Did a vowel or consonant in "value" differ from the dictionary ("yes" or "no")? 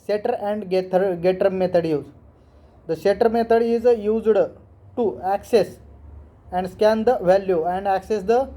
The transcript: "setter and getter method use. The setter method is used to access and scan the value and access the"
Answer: no